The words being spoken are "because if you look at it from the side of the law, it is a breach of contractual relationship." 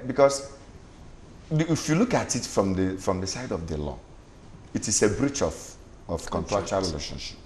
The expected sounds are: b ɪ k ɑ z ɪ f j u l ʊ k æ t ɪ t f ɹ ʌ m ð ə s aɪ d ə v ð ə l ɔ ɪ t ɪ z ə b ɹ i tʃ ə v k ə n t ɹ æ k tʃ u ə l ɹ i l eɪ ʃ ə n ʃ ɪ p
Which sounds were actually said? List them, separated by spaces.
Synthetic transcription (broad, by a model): b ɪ k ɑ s ɪ f j u l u k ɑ t ɪ t f ɹ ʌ m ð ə s aɪ d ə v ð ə l ɔ ɪ t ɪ s ə b ɹ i tʃ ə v k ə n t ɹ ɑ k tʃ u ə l ɹ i l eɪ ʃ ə n ʃ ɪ p